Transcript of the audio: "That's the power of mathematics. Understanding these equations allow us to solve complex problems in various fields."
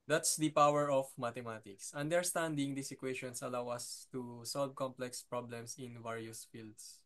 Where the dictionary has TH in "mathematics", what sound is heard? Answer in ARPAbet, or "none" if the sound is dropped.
T